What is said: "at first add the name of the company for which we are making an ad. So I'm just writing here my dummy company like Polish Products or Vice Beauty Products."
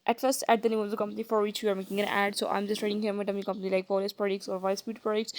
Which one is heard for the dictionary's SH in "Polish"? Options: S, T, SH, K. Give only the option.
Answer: S